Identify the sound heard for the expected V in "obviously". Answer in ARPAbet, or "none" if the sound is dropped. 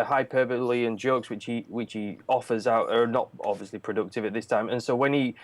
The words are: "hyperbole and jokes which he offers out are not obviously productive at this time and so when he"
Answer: V